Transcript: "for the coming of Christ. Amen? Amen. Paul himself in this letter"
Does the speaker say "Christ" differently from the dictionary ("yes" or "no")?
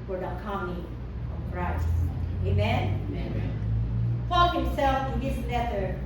yes